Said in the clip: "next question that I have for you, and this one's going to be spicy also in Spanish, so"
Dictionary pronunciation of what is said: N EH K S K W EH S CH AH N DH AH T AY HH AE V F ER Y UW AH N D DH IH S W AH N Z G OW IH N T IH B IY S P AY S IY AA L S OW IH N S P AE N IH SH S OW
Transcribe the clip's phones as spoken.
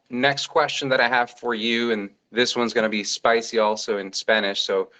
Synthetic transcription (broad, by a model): N EH K S K W EH S CH AH N DH AH T AY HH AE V F ER Y UW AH N DH IH S W AH N Z G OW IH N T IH B IY S P AY S IY AA L S OW IH N S P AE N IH SH S OW